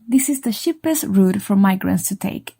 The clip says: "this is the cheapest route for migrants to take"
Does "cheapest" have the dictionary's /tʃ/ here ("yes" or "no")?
no